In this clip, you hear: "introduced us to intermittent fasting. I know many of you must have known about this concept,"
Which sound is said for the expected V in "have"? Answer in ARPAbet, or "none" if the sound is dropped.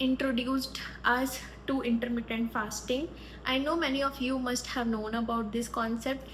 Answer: V